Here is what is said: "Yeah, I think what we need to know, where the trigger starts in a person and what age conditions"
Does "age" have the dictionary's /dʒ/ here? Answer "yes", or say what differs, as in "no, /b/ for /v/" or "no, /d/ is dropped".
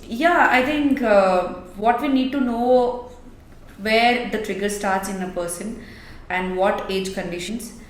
yes